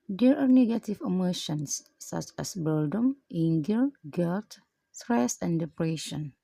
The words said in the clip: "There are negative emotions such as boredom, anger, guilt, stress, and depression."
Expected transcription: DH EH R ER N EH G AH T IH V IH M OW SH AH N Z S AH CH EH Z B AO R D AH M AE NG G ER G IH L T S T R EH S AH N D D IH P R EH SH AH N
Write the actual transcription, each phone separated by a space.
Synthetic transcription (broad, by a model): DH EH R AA N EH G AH T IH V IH M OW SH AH N S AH CH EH S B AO L D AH M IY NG G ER G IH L T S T R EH S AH N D D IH P R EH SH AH N